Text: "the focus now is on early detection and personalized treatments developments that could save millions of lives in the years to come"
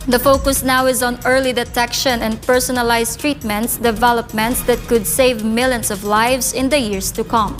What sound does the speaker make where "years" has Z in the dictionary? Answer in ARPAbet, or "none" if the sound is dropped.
S